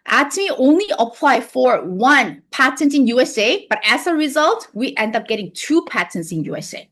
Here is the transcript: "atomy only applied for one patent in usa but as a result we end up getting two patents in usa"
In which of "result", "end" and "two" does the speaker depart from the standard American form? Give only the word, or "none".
none